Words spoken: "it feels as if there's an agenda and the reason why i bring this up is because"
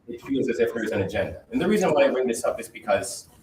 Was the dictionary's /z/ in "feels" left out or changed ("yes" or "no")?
no